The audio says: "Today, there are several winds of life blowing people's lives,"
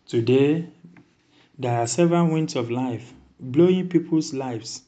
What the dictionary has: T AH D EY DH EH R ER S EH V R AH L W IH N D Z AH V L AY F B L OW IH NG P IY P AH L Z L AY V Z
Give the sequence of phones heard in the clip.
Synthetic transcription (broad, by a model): T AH D EY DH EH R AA S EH V R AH N W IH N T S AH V L AY F B L OW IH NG P IY P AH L S L AY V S